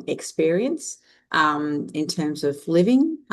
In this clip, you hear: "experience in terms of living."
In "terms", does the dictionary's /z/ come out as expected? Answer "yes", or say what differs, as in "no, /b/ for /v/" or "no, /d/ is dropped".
yes